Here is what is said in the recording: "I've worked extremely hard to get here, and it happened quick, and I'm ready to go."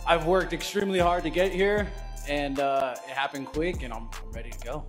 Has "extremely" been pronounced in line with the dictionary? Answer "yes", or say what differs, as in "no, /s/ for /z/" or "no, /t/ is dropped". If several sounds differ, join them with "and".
yes